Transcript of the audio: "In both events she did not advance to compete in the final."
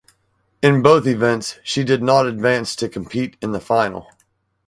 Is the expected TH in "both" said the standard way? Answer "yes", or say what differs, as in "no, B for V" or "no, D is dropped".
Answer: yes